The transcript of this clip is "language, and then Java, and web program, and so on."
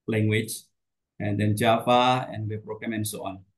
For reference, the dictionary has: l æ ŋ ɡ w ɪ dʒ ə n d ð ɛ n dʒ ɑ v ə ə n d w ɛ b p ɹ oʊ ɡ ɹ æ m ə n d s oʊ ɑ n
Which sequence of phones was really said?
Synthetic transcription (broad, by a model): l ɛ ŋ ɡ w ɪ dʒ ə n d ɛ n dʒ ɑ f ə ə n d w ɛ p ɹ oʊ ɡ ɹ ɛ m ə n s oʊ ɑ n